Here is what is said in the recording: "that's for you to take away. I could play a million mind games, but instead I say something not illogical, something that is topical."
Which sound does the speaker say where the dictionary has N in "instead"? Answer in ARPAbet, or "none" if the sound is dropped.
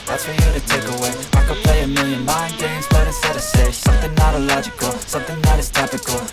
none